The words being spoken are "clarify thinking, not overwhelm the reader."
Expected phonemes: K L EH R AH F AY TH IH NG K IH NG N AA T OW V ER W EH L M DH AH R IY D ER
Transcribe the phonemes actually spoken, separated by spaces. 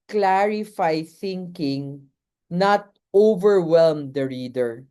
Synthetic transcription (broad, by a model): K L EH R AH F AY TH IH NG K IH NG N AA T OW V ER W EH L M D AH R IY D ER